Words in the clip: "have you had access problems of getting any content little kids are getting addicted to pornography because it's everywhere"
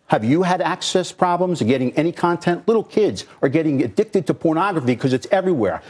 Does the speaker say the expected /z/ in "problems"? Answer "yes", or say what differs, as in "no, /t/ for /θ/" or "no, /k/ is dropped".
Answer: yes